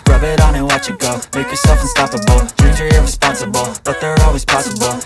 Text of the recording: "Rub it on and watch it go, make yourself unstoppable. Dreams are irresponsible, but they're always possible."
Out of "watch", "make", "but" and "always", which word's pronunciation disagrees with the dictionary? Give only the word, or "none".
none